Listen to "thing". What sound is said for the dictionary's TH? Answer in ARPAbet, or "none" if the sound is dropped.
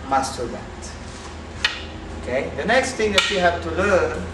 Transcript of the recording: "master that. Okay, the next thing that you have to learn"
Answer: T